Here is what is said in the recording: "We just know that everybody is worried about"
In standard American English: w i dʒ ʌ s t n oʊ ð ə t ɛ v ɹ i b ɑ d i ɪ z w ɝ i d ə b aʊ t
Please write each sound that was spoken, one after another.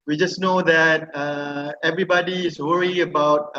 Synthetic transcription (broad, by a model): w i dʒ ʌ s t n oʊ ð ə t ɛ v ɹ i b ɑ d i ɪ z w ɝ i ə b aʊ t